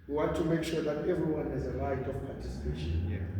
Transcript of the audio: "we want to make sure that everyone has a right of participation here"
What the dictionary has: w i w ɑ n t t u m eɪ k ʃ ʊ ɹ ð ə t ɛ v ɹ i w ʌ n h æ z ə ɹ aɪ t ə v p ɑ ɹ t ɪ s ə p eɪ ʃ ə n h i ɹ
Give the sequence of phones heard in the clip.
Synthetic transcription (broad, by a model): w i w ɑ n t t u m eɪ k ʃ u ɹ ð ə t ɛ v ɹ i w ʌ n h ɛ z ə l aɪ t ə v p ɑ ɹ t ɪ s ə p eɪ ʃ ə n